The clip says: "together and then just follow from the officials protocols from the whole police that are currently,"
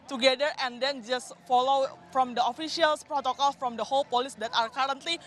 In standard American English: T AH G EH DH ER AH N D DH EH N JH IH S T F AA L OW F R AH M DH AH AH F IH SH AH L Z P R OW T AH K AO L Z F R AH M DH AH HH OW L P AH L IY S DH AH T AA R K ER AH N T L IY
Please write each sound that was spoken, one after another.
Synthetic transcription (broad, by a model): T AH G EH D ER AH N D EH N JH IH S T F AA L OW F R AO M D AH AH F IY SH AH L S P R OW T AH K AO L F R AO M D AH HH OW L P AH L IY S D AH T AA R K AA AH N T L IY